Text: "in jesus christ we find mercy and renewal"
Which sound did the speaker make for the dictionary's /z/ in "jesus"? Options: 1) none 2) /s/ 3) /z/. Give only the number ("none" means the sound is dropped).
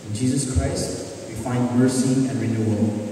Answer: 3